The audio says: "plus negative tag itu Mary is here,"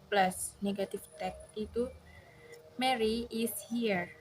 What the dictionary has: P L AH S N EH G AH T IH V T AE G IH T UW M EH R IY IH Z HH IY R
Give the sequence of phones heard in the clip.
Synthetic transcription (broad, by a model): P L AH S N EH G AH T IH F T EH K IH T UW M EH R IY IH S HH IY R